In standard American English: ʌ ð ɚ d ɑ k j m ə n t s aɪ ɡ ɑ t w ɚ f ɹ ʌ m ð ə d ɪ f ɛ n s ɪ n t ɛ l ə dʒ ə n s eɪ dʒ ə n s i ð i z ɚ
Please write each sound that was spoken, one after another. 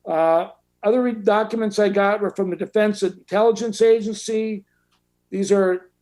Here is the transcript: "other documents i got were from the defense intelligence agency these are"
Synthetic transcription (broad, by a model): ʌ ð ɚ d ɑ k j m ə n t s aɪ ɡ ɑ t w ɚ f ɹ ʌ m ð ə d ɪ f ɛ n s ɪ n t ɛ l ə dʒ ə n s eɪ dʒ ə n s i ð i z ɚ